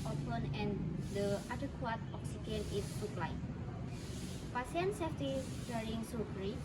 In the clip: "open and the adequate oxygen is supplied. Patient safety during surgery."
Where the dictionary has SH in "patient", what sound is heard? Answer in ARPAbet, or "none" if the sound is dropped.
S